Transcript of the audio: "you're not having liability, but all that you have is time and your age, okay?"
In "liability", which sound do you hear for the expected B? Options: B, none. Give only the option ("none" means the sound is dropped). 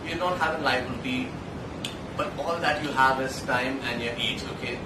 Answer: none